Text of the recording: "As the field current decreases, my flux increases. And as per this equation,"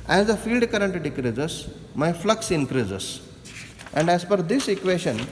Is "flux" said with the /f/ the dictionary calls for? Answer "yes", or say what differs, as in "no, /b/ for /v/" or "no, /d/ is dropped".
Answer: yes